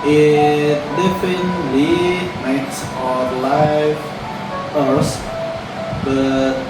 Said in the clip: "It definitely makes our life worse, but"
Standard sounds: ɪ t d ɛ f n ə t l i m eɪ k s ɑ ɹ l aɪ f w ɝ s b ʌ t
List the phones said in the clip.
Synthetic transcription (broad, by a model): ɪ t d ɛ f ə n l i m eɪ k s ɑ l aɪ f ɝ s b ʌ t